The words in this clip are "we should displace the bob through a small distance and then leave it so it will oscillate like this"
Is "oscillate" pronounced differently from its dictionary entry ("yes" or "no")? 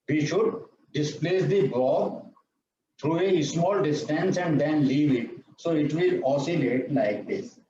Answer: no